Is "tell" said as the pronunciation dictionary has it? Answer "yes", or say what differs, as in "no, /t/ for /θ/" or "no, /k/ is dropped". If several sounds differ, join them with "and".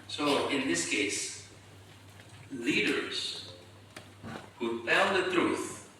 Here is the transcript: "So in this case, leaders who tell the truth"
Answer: no, /n/ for /l/